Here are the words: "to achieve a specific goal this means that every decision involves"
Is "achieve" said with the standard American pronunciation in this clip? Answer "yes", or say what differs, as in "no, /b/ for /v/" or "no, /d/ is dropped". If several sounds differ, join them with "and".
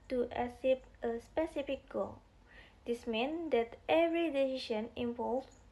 no, /s/ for /tʃ/ and /p/ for /v/